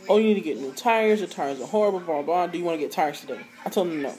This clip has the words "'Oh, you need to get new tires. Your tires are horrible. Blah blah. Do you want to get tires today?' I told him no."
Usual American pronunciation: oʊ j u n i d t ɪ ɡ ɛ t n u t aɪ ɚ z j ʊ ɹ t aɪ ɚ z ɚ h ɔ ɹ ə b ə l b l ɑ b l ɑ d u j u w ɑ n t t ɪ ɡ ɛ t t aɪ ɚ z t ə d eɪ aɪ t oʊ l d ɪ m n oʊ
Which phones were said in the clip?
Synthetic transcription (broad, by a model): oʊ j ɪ n i d t ɪ ɡ ɛ t n u t aɪ ɚ z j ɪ t aɪ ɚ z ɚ h ɔ ɹ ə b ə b ɑ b ɑ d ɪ j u w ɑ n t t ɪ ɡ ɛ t t aɪ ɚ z t ə d eɪ aɪ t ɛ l ɪ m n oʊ